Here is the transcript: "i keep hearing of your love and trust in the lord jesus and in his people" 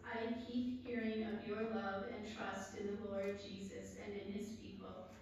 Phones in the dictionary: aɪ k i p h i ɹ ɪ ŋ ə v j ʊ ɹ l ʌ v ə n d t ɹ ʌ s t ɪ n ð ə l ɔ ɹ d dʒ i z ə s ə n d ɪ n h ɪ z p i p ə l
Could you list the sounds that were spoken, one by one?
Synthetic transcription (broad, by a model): aɪ k i p h i ɹ ɪ ŋ ə v j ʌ ɹ l ʌ v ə n t ɹ ʌ s t ɪ n ð ə l ɔ ɹ d dʒ i z ə s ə n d ɪ n ɪ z p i p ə l